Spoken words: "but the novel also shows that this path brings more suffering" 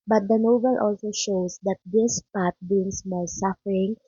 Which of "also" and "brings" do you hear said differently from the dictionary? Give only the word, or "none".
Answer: brings